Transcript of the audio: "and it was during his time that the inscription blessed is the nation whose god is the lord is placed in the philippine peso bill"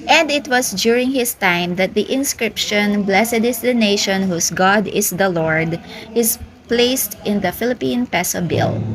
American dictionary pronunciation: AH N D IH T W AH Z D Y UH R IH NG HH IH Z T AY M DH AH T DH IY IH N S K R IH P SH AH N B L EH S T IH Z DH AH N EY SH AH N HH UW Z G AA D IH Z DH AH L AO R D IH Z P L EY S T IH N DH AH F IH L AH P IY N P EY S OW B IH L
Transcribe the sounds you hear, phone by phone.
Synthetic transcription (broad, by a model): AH N D IH T W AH S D Y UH R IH NG HH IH S T AY M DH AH T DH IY IH N S K R IH P SH AH N B L EH S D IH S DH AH N EY SH AH N HH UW S G AA D IH S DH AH L AO R D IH S P L EY S T IH N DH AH F IH L AH P IY N P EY S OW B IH L